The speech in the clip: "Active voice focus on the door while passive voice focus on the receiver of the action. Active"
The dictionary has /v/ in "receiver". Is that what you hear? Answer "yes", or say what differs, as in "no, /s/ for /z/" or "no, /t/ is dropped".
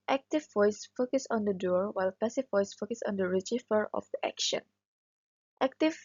no, /f/ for /v/